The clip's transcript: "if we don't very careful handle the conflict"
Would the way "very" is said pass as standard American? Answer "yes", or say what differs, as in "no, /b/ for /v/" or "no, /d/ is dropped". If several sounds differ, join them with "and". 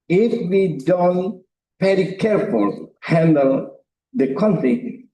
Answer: no, /p/ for /v/